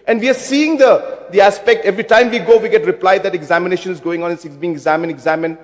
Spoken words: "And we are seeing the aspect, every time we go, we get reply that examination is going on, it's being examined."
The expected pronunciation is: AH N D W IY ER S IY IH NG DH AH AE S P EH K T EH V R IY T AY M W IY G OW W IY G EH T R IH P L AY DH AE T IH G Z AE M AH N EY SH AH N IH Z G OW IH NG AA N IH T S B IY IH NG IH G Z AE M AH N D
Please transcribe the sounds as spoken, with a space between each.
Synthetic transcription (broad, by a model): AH N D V IY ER S IY IH NG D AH AE S P EH K T EH V R IY T AY M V IY G OW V IY G EH T R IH P L AY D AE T IH G Z AE M AH N EY SH AH N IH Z G OW IH NG AA N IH S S B IY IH NG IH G Z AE M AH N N